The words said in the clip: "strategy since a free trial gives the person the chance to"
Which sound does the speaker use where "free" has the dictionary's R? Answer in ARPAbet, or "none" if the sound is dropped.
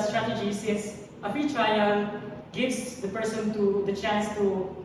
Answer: none